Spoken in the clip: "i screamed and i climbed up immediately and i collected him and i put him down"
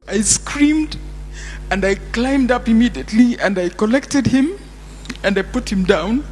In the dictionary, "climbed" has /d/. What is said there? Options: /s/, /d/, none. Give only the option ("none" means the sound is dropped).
/d/